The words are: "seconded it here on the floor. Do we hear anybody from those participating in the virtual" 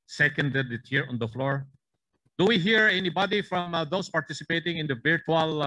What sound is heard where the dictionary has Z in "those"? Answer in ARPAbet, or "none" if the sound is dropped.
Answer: S